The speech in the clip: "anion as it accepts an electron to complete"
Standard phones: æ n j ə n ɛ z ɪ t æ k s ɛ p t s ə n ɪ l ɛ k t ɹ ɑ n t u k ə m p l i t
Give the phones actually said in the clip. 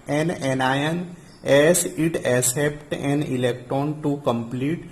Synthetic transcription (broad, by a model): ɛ n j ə n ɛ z ɪ t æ s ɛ p t ə n ɪ l ɛ k t ɹ ɑ n t u k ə m p l i t